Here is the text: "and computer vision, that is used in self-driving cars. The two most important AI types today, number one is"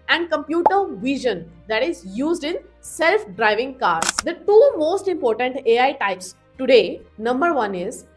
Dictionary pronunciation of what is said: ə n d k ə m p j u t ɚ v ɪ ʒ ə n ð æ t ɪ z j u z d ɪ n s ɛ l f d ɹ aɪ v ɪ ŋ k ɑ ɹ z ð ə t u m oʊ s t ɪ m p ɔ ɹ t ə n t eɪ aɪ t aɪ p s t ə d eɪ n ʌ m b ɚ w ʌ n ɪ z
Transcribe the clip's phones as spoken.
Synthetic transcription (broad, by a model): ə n d k ə m p j u t ɚ v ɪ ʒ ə n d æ t ɪ z j u z d ɪ n s ɛ l f d ɹ aɪ v ɪ ŋ k ɑ ɹ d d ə t u m oʊ s t ɪ m p ɔ ɹ t ə n t eɪ aɪ t aɪ p s t ə d eɪ n ʌ m b ɚ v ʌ n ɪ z